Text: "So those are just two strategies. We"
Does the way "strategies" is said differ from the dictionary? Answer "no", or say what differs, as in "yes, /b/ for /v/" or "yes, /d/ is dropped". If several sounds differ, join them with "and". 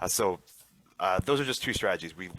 no